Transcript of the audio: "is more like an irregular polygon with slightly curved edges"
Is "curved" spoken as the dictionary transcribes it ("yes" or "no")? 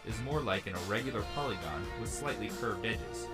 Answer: yes